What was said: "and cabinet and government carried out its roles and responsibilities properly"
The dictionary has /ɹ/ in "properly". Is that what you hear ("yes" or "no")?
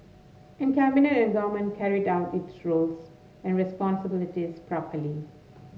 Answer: yes